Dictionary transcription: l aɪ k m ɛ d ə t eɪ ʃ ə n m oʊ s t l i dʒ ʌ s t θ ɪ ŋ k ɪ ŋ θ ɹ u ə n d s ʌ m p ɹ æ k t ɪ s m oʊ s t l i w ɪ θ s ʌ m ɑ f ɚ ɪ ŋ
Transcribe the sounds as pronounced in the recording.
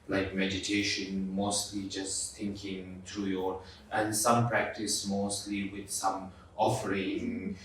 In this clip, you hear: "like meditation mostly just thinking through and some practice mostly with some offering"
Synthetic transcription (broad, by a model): l aɪ k m ɛ d ə t eɪ ʃ ə n m oʊ s t l i dʒ ʌ s t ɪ ŋ k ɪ ŋ t ɹ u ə n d s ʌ m p ɹ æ k t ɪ s m oʊ s t l i w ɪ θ s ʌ m ɑ f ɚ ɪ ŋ